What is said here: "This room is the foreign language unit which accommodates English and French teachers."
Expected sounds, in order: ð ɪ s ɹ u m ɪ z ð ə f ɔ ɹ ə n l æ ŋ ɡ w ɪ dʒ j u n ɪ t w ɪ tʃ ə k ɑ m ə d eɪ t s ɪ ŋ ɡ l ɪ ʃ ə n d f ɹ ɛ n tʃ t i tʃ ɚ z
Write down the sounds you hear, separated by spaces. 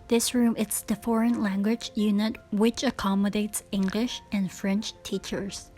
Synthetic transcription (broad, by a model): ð ɪ s ɹ u m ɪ s ð ə f ɔ ɹ ə n l æ ŋ ɡ w ɪ dʒ j u n ɪ t w ɪ tʃ ə k ɑ m ə d eɪ t s ɪ ŋ ɡ l ɪ ʃ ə n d f ɹ ɛ n tʃ t i tʃ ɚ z